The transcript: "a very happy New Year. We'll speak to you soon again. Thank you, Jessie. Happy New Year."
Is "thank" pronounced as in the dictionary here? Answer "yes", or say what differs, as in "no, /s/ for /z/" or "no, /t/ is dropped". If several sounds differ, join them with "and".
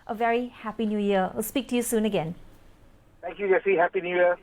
no, /t/ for /θ/